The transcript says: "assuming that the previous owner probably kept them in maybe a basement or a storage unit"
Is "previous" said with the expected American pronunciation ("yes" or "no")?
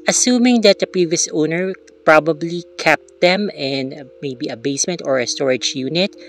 yes